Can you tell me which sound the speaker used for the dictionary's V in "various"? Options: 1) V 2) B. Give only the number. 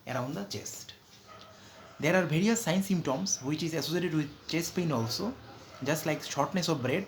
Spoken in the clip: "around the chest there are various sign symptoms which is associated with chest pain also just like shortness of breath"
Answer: 2